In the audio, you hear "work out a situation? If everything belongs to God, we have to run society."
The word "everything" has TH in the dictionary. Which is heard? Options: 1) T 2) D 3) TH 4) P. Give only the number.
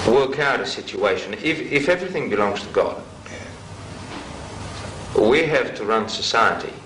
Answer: 3